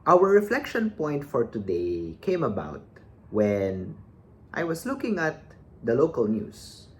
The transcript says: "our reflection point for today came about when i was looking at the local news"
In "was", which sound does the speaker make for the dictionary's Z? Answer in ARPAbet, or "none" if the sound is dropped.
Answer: S